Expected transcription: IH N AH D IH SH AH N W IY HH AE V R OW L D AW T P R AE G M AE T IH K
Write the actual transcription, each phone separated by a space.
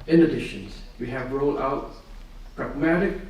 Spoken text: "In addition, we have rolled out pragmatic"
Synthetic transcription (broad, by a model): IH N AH D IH SH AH N W IY HH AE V R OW L AW T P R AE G M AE T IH K